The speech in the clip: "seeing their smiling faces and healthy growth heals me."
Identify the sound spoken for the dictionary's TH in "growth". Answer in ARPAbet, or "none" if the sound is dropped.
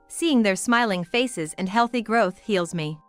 TH